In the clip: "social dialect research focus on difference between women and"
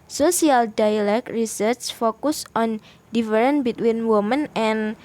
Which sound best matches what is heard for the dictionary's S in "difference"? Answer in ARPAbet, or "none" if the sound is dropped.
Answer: none